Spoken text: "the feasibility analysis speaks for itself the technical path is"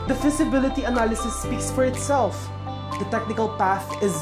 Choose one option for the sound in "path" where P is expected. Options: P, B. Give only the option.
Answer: P